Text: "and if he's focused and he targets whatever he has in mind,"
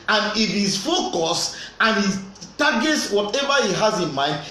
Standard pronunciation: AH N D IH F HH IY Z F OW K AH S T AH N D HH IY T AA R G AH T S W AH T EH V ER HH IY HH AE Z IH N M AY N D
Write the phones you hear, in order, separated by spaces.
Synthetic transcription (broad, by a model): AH N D IH F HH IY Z F OW K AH S AH N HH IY T AA G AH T S W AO T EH V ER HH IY HH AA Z IH N M AY N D